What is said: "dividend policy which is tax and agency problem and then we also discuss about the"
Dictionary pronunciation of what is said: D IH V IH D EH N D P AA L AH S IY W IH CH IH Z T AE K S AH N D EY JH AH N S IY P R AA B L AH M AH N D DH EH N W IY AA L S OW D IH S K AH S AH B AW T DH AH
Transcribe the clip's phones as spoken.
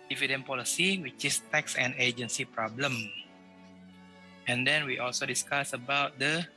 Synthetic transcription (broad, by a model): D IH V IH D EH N P AA L AH S IY W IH CH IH S T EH K S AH N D EY JH AH N S IY P R AA B L AH M AH N D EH N W IY AA L S OW D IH S K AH S AH B AW T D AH